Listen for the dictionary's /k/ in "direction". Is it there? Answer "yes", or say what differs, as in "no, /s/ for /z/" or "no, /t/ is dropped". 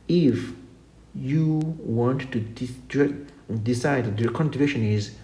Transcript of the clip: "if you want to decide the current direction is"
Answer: no, /k/ is dropped